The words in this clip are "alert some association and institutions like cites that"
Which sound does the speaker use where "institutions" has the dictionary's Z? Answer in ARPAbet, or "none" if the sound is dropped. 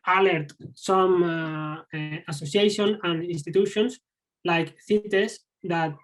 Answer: S